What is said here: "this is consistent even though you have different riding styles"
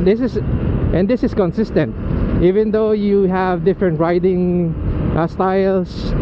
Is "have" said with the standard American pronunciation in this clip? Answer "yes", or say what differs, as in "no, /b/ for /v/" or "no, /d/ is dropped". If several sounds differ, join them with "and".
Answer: yes